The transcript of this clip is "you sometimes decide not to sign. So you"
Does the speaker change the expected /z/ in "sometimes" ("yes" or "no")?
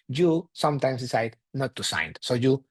yes